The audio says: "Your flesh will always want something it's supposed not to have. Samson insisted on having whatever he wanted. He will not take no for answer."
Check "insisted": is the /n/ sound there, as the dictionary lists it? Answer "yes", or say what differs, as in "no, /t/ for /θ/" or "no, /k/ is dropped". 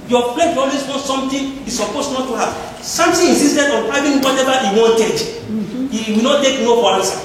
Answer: no, /n/ is dropped